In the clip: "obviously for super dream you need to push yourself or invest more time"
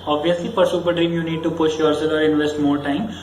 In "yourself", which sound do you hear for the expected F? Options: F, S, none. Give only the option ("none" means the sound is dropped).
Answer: none